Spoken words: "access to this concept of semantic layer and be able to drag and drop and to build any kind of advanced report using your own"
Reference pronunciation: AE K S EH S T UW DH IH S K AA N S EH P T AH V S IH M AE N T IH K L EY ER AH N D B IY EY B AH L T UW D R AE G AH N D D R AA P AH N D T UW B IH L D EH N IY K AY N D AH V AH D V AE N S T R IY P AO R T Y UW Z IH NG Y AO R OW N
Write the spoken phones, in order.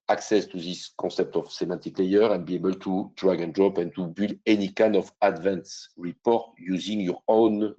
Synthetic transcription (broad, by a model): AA K S EH S T UW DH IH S K AA S EH P T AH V S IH M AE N T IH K L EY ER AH N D B IY EY B AH L T UW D R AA G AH N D D R AA P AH N T UW B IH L EH N IY K AY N D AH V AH D V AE N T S R IY P AO R T Y UW Z IH NG Y AO R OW N